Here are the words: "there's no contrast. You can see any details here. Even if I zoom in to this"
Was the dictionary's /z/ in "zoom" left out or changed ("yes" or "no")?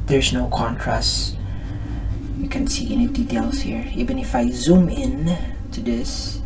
no